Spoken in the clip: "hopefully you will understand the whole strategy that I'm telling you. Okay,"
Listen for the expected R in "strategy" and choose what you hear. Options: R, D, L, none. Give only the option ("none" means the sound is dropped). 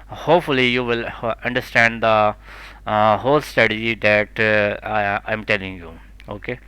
none